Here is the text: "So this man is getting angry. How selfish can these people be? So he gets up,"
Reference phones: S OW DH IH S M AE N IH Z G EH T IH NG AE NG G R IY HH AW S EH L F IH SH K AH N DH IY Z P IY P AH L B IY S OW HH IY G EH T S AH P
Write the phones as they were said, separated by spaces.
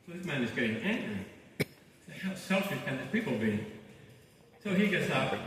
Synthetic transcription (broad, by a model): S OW DH IH S M AE N IH Z G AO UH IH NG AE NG G R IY HH AW S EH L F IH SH K AH N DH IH S P IY P L B IY S OW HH IY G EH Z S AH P